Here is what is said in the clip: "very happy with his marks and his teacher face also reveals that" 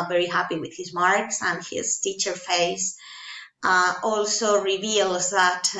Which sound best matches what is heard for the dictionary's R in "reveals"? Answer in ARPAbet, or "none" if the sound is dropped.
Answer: R